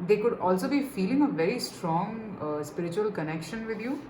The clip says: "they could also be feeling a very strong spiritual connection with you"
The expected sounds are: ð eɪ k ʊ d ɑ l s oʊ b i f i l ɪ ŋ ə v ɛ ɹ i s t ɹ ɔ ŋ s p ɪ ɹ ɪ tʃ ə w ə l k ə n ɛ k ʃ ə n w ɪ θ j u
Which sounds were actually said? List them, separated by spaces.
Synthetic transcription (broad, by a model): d eɪ k ʊ d ɑ l s oʊ b i f i l ɪ ŋ ə v ɛ ɹ i s t ɹ ɔ ŋ s p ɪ ɹ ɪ tʃ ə ə l k ə n ɛ k ʃ ə n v ɪ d j u